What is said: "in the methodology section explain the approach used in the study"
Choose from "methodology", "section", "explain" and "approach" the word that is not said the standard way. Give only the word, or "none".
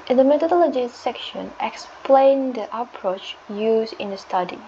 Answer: methodology